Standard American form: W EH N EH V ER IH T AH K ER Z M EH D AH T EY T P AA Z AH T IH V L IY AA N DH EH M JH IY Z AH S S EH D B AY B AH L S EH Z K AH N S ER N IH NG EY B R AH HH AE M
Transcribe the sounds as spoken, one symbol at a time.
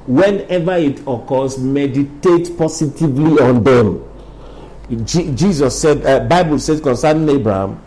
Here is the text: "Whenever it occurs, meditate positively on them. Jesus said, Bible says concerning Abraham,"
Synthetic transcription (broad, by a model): W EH N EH V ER IH T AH K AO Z M EH D AH T EY T P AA S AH T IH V L IY AA N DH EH M JH IY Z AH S S EH D B AY B AH L S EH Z K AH N S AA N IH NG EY B R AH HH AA M